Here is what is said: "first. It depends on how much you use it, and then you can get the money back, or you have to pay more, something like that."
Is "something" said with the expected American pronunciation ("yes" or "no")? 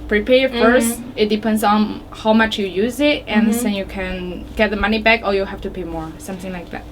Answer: yes